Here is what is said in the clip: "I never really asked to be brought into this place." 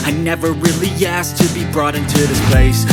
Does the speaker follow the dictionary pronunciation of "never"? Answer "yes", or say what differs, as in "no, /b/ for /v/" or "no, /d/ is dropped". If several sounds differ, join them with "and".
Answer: yes